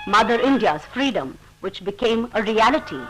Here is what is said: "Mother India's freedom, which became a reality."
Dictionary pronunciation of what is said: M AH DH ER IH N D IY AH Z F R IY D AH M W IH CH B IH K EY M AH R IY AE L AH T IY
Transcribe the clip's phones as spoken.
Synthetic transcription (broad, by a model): M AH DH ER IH N D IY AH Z F R IY D AH M W IH CH B IH K EY M AH R IY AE L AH T IY